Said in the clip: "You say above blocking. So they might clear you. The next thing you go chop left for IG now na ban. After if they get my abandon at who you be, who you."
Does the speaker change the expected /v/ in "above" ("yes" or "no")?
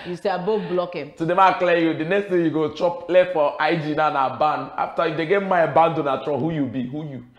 yes